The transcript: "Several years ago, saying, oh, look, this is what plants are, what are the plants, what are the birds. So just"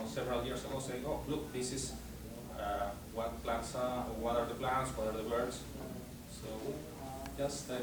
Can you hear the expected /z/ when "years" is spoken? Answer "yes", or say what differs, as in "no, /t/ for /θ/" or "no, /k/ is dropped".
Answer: no, /s/ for /z/